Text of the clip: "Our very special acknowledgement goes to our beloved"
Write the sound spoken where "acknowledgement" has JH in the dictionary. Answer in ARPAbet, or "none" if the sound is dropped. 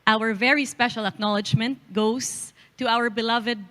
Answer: JH